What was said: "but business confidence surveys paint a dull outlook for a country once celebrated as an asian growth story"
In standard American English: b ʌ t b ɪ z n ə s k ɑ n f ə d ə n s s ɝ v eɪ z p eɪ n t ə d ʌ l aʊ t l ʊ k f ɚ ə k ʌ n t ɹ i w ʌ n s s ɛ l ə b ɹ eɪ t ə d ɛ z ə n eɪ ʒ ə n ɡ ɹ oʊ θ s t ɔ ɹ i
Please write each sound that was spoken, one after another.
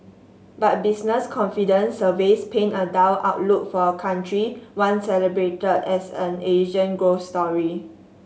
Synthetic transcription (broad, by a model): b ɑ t b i s n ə s k ɑ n f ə d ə n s s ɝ v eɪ s p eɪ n ə d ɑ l aʊ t l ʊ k f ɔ ə k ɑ n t ɹ i w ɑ n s s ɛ l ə b ɹ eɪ t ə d ɛ s ə n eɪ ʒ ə n ɡ ɹ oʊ s t ɔ ɹ i